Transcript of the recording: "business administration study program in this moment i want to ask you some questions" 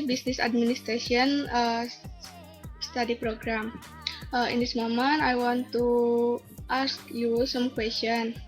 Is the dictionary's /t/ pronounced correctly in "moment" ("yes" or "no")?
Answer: no